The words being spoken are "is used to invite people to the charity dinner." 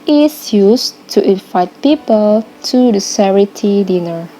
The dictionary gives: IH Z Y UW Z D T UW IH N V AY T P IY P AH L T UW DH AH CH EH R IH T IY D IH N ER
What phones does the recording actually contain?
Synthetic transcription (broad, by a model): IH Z Y UW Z T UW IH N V AY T P IY P AH L T UW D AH S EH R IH T IY D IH N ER